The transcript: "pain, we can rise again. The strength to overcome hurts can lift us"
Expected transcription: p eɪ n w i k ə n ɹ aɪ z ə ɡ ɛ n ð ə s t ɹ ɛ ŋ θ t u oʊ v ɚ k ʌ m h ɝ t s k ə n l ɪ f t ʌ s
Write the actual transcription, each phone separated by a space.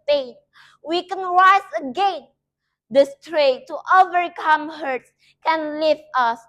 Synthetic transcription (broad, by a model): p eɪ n w i k ə n ɹ aɪ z ə ɡ ɛ n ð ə s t ɹ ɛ t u oʊ v ɚ k ʌ m h ɝ t s k ə n l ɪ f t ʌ s